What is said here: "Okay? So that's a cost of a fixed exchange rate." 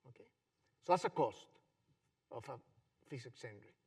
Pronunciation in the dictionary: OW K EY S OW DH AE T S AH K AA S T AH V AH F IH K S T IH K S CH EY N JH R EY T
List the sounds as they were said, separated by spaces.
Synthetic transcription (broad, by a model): OW K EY S OW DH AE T S AH K AA S T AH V AH F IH S IH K S EY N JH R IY